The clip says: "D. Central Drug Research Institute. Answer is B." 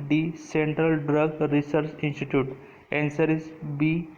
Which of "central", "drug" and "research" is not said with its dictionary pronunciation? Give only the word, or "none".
none